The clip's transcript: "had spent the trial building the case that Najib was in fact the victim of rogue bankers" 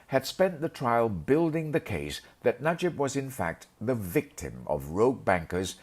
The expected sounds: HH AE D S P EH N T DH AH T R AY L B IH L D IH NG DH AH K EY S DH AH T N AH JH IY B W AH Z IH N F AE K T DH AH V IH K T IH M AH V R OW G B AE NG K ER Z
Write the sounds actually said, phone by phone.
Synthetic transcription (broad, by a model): HH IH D S P EH N DH AH T R AY L B IH L D IH NG DH AH K EY S DH AH T N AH JH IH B W AH Z IH N F AE K T DH AH V IH K T IH M AH V R OW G B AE NG K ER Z